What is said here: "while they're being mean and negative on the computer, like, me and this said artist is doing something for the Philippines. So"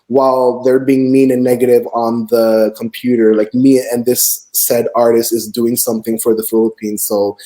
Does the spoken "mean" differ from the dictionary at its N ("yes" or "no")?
yes